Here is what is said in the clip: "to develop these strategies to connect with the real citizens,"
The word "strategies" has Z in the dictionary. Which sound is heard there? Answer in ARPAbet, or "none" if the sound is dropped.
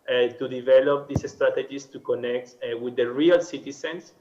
S